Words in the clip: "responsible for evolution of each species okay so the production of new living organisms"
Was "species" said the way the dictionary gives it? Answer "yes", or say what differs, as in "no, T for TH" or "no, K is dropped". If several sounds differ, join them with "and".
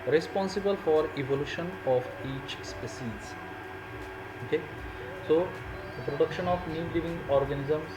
no, S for SH